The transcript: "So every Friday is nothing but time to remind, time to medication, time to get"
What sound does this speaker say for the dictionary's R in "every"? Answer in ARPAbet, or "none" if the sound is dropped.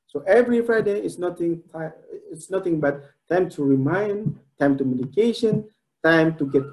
R